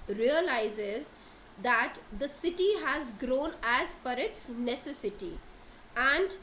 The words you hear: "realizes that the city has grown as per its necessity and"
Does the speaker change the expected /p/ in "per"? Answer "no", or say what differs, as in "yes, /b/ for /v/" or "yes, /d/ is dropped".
yes, /f/ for /p/